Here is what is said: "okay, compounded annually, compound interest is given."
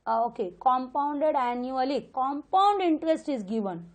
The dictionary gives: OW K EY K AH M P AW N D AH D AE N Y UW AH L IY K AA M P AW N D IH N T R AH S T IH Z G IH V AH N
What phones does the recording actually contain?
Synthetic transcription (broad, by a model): OW K EY K AH M P AW N D AH D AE N Y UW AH L IY K AA M P AW N D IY N T R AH S T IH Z G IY V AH N